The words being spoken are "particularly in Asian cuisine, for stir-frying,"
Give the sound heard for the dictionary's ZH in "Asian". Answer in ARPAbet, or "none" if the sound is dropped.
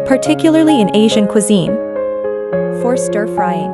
ZH